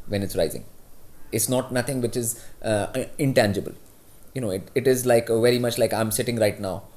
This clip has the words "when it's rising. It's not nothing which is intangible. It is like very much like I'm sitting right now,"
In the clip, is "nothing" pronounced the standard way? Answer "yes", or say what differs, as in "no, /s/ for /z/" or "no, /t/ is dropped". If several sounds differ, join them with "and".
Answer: no, /t/ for /θ/